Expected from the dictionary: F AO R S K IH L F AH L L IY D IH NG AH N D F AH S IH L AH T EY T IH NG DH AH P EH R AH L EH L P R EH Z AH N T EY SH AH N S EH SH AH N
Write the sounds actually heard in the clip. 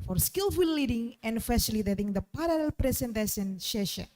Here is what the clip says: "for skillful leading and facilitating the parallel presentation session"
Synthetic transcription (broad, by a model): F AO R S K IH L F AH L L IY D IH NG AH N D F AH S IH L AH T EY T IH NG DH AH P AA R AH L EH L P R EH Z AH N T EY S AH N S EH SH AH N